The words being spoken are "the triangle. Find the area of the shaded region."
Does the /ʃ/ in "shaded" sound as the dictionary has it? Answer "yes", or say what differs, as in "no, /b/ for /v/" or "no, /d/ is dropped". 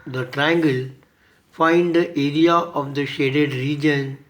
yes